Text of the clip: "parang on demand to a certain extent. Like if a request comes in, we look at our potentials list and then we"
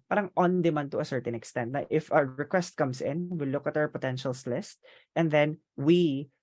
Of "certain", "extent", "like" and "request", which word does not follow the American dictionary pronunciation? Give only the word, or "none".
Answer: like